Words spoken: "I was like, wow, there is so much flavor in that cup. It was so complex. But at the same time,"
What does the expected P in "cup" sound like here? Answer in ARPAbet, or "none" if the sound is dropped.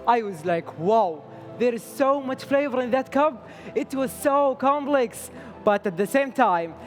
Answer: B